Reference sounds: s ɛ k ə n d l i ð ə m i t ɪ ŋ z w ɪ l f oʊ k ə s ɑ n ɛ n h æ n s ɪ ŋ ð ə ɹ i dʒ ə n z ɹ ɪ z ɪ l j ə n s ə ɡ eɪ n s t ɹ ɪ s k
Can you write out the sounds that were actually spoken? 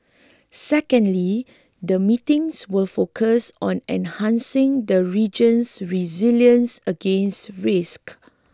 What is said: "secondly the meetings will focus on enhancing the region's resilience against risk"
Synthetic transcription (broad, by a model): s ɛ k ə n d l i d ə m i t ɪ ŋ s w ɪ l f oʊ k ə s ɑ n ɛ n h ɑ n s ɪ ŋ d ə ɹ i dʒ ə n s ɹ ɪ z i l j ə n s ə ɡ eɪ n s t ɹ ɪ s k